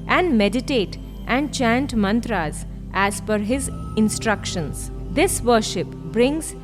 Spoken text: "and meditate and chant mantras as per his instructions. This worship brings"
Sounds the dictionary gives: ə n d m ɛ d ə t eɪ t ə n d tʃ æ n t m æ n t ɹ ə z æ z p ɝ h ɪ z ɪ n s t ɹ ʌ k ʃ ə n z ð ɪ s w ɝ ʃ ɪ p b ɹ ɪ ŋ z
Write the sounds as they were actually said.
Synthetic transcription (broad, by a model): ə n d m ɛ d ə t eɪ t ə n d tʃ æ n t m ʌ n t ɹ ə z æ z f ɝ h ɪ z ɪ n s t ɹ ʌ k ʃ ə n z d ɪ s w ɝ ʃ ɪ p b ɹ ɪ ŋ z